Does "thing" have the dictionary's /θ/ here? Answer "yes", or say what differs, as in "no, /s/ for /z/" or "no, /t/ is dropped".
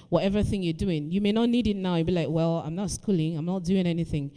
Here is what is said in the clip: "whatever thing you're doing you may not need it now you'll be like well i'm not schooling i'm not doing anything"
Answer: yes